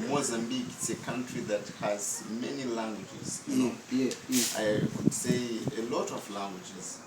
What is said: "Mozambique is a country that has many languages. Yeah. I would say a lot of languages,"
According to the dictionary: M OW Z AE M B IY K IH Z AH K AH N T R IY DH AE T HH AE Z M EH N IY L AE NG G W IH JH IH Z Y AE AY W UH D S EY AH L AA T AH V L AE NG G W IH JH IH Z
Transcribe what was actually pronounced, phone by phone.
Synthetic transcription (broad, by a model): M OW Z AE M B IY K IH S AH K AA N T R IY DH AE T HH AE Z M EH N IY L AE NG G W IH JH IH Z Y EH AY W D S EY AH L AA T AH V L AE NG G W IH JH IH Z